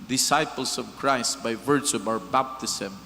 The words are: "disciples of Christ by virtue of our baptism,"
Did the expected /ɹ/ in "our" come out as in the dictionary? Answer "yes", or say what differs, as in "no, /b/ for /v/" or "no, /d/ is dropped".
yes